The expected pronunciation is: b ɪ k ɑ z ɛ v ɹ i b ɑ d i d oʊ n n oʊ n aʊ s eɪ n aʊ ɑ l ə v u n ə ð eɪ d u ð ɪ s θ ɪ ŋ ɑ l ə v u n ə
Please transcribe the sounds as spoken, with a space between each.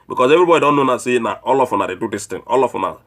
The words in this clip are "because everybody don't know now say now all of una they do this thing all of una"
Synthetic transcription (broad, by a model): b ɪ k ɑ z ɛ v ɹ i b ɑ d i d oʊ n n oʊ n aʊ s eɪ n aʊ ɑ l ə f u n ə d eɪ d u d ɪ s t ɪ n ɑ l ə f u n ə